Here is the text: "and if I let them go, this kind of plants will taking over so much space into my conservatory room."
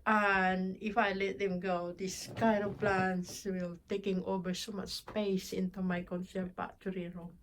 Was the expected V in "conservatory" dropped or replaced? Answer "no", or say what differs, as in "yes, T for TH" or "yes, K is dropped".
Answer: yes, P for V